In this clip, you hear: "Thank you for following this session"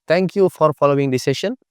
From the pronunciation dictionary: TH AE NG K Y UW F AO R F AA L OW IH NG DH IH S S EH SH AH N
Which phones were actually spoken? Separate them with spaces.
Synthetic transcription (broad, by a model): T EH NG K Y UW F AO R F AA L OW IH NG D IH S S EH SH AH N